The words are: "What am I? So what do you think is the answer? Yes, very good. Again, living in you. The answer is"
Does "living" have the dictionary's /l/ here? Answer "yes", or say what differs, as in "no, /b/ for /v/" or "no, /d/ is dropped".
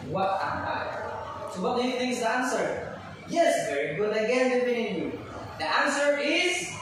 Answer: no, /w/ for /l/